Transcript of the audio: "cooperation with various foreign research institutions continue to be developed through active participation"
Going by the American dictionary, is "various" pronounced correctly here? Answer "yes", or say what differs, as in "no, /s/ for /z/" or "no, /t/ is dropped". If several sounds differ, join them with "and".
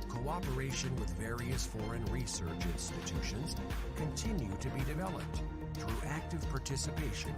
yes